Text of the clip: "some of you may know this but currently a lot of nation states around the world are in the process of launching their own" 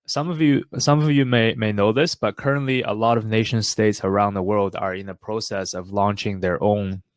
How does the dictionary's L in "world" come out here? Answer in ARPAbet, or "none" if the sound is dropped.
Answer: L